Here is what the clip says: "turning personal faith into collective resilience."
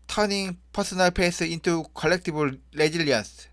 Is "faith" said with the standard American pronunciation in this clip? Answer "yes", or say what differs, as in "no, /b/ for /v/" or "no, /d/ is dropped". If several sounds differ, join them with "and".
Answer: no, /p/ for /f/ and /s/ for /θ/